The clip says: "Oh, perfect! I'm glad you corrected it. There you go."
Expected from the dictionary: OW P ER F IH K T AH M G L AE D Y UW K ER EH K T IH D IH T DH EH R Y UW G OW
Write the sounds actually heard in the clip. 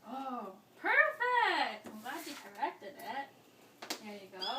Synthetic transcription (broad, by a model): OW P ER F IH K T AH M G AA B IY K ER EH K T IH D IH T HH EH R Y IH G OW